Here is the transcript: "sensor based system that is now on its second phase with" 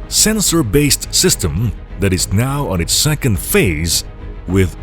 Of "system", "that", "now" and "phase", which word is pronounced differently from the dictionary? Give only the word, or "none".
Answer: none